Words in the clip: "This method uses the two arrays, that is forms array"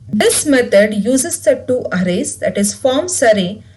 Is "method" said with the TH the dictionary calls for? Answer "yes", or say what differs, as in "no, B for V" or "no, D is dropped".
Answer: no, T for TH